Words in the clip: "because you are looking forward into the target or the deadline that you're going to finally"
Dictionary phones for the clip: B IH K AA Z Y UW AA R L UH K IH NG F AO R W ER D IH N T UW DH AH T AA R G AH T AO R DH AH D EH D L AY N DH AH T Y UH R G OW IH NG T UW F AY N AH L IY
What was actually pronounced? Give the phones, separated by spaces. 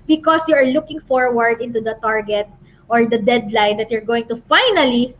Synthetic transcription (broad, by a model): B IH K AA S Y UW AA R L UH K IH NG F AO R W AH D IH N T UW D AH T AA R G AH T AO R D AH D EH D L AY N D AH T Y UH R G OW IH NG T UW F AY N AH L IY